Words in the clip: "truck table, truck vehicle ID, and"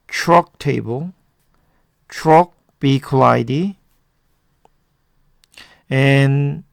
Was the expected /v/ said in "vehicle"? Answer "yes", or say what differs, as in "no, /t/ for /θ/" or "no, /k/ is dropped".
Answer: no, /b/ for /v/